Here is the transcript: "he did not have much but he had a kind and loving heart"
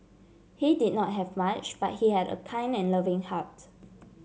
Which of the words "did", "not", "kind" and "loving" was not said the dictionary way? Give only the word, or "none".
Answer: kind